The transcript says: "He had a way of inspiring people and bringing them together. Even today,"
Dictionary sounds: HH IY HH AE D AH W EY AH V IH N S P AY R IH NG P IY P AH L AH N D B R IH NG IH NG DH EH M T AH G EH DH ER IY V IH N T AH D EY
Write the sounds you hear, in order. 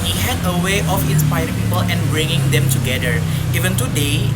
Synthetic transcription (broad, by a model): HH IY HH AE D AH W EY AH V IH N S P AY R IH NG P IY P AH L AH N B R IH NG IH NG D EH M T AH G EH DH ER IY V IH N T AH D EY